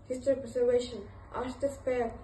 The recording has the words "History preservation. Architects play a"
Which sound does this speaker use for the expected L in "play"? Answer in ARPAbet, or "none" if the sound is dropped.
none